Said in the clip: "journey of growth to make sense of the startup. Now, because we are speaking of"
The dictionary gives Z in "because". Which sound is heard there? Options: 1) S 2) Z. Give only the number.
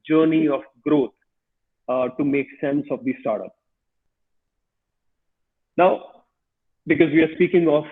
2